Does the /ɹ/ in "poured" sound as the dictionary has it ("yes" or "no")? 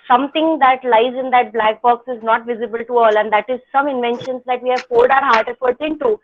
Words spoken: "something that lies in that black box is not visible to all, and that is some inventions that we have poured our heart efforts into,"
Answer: no